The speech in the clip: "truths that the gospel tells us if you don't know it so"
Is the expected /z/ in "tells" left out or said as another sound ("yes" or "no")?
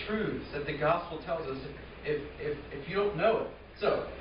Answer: no